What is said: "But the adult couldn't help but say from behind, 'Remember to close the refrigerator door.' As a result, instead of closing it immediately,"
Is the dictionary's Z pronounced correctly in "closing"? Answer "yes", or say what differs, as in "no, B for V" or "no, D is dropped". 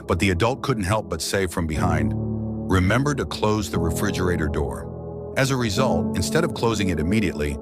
yes